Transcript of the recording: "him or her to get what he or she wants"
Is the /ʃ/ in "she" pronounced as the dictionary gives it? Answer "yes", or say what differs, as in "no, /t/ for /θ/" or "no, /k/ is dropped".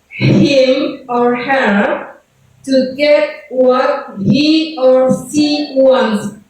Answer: no, /s/ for /ʃ/